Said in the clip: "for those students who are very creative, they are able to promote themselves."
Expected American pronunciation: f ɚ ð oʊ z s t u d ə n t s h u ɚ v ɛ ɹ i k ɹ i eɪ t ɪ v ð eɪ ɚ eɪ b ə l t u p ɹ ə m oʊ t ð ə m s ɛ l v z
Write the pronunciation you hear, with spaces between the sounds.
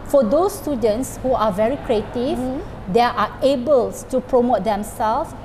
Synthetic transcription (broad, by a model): f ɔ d oʊ s t u d ə n t s h u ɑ v ɛ ɹ i k ɹ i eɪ t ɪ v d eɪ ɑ eɪ b ə l t u p ɹ ə m oʊ t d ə m s ɛ l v